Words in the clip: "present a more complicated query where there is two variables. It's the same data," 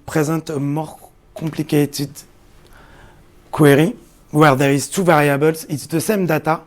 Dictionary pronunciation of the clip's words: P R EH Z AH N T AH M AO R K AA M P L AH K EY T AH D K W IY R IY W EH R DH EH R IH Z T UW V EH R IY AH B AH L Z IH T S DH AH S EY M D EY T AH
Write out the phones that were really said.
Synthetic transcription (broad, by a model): P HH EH Z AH T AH M AO R K AA P L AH K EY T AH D K W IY R IY W EH R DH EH R IH Z T UW V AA R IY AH B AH L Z IH T S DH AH S EY M D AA T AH